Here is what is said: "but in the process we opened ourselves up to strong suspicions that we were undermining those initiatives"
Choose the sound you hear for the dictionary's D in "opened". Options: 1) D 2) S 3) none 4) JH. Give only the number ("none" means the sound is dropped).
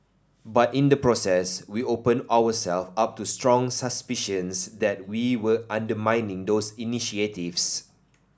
3